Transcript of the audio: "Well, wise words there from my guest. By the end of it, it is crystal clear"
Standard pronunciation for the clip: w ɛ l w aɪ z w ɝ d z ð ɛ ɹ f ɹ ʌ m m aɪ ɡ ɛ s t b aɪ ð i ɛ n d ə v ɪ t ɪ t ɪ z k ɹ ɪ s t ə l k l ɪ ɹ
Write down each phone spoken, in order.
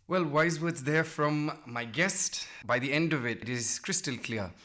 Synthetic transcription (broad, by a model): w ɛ l w aɪ z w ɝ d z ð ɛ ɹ f ɹ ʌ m m aɪ ɡ ɛ s t b aɪ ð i ɛ n d ə v ɪ t ɪ t ɪ z k ɹ ɪ s t ə l k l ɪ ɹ